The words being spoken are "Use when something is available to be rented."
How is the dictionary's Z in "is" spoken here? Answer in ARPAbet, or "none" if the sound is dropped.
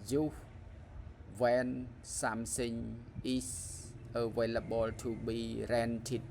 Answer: S